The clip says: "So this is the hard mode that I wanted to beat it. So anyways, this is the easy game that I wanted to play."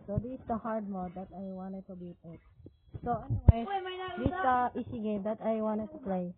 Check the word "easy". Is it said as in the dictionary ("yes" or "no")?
no